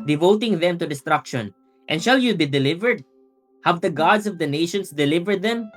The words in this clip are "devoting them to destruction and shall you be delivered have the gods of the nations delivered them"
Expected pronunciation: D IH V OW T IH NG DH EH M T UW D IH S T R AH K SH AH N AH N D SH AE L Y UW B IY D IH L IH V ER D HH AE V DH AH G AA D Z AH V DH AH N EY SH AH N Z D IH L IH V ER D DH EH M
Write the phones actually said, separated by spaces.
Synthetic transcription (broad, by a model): D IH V OW T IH NG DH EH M T UW D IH S T R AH K SH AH N AH N D SH AE L Y UW B IY D IH L IH V ER D HH AE V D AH G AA D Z AH V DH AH N EY SH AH N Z D IH L IH V ER D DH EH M